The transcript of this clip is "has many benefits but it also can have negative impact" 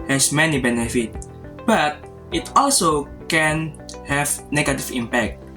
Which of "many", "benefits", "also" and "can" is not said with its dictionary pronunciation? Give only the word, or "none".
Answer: benefits